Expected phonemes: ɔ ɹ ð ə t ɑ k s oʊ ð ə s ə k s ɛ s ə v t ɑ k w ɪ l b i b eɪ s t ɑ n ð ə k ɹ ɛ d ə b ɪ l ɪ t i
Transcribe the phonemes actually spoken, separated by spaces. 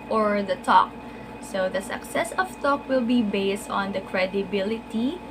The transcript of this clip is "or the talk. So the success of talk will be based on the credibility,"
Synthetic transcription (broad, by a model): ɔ ɹ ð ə t ɑ k s oʊ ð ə s ə k s ɛ s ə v t ɑ k w ɪ l b i b eɪ s t ɑ n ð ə k ɹ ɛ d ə b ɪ l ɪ t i